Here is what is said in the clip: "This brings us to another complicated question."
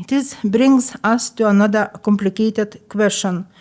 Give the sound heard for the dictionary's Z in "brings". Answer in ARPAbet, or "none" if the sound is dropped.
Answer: S